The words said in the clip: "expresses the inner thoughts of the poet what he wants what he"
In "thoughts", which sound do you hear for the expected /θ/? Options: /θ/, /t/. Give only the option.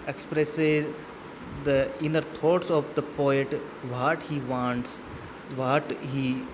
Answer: /t/